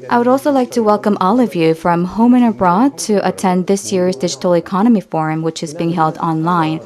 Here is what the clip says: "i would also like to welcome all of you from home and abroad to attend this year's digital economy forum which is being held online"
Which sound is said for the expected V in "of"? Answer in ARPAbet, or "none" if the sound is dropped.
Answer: V